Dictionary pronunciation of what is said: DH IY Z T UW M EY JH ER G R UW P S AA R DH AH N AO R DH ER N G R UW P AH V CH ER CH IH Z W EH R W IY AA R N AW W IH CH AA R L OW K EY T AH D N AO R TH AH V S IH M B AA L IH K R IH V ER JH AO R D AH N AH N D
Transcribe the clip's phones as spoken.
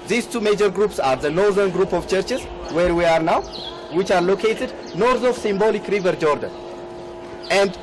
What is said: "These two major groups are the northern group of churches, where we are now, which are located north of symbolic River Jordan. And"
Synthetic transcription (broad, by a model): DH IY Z T UW M EY JH ER G R UW P S AA R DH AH N AO R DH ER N G R UW P AH V CH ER CH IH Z W EH R W IY AA R N AW W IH CH AA R L OW K EY T AH D N AO R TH AH V S IH M B AA L IH K R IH V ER JH AO R D AH N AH N D